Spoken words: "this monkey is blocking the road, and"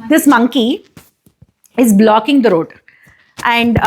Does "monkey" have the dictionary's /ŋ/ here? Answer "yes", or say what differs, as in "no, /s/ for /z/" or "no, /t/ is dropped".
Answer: yes